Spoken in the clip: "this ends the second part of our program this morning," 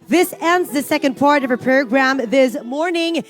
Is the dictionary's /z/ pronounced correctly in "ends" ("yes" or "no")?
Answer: yes